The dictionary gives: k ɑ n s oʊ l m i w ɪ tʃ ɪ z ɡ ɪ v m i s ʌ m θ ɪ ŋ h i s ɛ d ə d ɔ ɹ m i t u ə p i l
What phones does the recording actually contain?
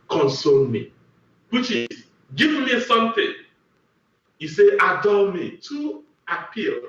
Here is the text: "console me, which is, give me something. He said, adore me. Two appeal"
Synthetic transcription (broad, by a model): k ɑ n s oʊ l m i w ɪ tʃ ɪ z ɡ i v m i s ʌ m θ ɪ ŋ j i s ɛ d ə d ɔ l m i t u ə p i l